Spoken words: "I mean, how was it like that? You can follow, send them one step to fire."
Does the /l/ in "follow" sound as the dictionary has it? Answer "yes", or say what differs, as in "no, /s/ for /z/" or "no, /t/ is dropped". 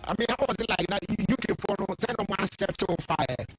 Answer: no, /n/ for /l/